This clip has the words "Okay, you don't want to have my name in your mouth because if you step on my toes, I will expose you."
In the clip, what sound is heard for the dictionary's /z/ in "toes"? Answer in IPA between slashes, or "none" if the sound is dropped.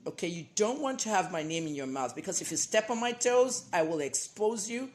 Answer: /z/